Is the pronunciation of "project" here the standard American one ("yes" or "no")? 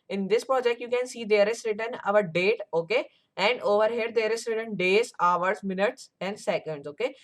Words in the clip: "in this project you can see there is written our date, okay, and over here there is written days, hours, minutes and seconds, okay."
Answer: yes